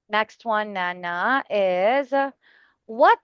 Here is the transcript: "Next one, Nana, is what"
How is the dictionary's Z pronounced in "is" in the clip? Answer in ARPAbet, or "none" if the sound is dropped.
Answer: Z